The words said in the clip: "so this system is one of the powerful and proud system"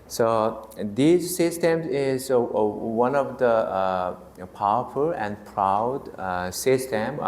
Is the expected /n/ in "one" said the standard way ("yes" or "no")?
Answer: yes